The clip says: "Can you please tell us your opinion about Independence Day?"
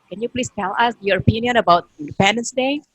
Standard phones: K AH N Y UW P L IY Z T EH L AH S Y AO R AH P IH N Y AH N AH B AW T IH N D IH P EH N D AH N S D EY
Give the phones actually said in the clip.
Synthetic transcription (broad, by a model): K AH N Y UW P L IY S T EH L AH S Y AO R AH P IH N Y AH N AH B AW T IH N D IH P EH N D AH N S D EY